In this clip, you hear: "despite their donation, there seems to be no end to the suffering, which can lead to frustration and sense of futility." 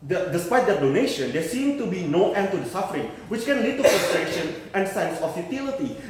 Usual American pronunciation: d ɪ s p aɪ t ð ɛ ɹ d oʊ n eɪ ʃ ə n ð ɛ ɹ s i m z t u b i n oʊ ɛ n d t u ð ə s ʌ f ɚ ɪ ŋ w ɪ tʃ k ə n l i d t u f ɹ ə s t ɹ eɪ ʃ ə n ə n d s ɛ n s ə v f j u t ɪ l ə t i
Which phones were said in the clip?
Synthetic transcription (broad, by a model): d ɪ s p aɪ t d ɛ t d oʊ n eɪ ʃ ə n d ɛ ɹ s i m t u b i n oʊ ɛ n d t u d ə s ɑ f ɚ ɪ ŋ w ɪ tʃ k ə n l i d t u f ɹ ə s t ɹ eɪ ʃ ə n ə n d s ɛ n s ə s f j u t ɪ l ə t i